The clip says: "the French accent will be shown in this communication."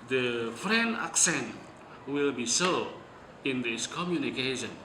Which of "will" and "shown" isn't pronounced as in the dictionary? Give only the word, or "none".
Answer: shown